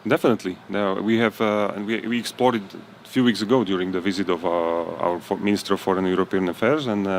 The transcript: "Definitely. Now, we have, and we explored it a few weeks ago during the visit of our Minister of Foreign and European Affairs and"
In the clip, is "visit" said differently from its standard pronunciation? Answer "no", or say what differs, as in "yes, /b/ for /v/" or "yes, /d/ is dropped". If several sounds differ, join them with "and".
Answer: no